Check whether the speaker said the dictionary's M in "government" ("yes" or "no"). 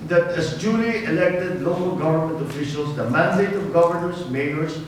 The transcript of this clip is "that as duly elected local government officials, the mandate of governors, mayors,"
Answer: yes